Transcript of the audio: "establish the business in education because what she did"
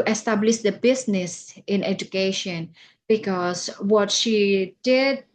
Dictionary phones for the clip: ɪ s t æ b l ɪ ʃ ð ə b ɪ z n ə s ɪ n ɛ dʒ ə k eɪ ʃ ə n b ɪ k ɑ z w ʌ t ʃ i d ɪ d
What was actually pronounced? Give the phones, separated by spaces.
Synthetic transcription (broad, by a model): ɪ s t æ b l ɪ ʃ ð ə b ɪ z n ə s ɪ n ɛ dʒ ə k eɪ ʃ ə n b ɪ k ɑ s w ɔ t ʃ i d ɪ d